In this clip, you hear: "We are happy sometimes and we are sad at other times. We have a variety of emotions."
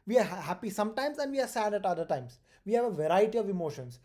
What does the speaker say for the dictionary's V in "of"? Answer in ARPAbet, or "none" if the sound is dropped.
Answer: V